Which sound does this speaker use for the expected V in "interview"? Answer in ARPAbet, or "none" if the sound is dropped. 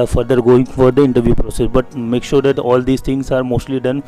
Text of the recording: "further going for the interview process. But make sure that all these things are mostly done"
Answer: V